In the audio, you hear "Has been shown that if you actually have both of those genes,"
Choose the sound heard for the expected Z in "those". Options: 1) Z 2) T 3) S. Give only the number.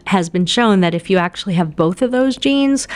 1